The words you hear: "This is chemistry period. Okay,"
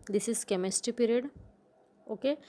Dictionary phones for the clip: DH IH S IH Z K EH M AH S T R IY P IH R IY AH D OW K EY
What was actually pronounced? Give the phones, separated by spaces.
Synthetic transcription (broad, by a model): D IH S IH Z K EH M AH S T IY P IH R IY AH D OW K EY